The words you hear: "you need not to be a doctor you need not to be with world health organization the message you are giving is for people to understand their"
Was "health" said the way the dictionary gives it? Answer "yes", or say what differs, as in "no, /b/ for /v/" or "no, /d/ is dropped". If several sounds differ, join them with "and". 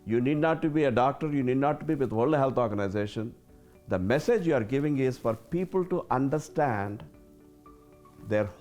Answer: no, /t/ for /θ/